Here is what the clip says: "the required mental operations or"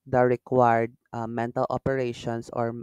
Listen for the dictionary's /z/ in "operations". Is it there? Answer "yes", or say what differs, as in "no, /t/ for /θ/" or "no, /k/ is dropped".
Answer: no, /s/ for /z/